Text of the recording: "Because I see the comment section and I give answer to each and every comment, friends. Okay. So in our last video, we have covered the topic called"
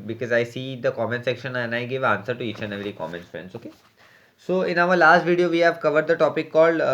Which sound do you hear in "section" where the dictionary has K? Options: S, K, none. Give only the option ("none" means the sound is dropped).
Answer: K